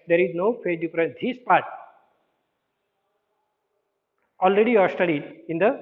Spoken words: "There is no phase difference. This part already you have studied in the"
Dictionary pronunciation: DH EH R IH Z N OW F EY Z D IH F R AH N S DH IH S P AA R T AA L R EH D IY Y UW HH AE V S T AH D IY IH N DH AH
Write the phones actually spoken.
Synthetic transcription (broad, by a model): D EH R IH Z N OW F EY D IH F R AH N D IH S P AA R T AA L R EH D IY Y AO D S T AH D IY IH N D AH